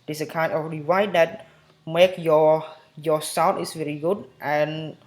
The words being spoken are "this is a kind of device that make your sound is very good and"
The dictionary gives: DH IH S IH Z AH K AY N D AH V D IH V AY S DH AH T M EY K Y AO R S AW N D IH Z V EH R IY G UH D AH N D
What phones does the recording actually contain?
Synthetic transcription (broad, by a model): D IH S AH K AY N AH F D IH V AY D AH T M EY K Y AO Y S AW N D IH S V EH R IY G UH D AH N